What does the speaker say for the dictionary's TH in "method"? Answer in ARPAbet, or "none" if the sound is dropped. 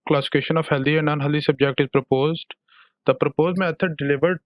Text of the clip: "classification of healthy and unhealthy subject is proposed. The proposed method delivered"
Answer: T